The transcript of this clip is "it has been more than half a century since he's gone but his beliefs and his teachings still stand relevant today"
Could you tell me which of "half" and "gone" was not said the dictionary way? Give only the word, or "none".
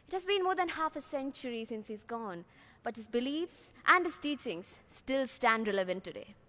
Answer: none